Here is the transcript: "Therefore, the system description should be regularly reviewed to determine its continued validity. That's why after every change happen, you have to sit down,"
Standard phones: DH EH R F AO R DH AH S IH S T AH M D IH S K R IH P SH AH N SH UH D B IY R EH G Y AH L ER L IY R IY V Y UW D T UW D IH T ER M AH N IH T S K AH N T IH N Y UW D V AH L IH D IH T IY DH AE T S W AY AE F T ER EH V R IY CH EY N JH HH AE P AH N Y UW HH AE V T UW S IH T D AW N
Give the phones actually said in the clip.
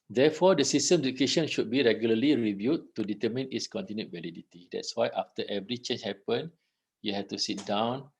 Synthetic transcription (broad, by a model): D EH F AO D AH S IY S T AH M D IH K EH SH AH N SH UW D B IY R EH G Y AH L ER L IY R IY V Y UW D T UW D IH T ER M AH N IH T S K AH N T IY N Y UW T V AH L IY D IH T IY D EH T S W AY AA F T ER EH V R IY CH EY N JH HH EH P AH N Y UW HH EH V T UW S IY T D AW N